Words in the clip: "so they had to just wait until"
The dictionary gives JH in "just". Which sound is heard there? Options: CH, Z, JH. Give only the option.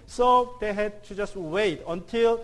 JH